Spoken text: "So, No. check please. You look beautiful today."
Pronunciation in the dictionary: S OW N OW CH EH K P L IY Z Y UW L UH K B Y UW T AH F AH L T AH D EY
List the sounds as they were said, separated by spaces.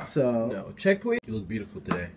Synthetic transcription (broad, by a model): S OW N OW CH EH K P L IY Y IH L UH K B Y UW T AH F L T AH D EY